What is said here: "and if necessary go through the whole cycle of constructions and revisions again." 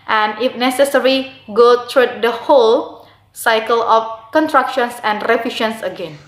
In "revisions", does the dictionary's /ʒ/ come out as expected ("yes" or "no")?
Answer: no